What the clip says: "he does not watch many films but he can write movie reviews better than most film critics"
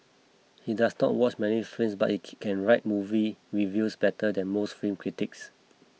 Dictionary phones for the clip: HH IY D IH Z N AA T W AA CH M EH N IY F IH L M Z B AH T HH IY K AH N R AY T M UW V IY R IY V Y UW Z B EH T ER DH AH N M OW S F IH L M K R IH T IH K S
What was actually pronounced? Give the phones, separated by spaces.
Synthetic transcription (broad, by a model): HH IY D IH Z N AA T W AA CH M EH N IY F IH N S B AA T HH IY K AH N R AY T M UW V IY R IY V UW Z B EH T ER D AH N M OW S F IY M K R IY T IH K S